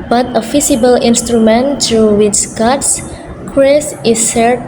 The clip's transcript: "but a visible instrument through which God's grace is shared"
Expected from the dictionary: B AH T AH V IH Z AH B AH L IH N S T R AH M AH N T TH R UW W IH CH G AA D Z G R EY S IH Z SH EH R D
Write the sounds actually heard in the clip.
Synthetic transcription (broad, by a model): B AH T AH F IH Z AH B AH L IH N S T R AH M AH N T R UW W IH CH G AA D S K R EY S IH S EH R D